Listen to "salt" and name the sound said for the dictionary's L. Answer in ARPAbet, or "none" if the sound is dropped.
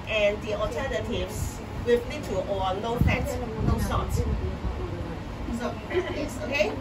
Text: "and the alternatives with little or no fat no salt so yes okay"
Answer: none